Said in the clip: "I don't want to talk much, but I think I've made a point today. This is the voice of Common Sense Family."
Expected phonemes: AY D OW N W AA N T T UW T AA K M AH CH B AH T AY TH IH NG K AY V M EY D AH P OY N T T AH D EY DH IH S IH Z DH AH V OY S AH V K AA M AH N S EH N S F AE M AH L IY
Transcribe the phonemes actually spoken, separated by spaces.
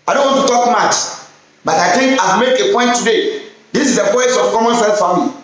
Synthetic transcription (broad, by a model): AY D OW N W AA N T T UW T AA K M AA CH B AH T AY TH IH NG K AY M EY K AH P OY N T T AH D EY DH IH S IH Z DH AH P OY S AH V K AA M AH N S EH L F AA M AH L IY